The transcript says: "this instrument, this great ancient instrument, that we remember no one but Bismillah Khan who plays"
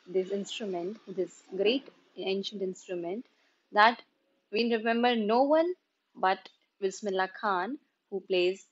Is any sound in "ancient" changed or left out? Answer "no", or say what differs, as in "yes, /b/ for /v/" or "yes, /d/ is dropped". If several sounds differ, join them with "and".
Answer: no